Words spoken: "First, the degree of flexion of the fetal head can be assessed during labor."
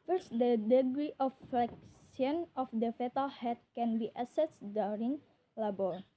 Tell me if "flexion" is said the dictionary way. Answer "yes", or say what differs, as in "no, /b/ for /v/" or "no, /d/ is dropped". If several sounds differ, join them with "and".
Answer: no, /s/ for /ʃ/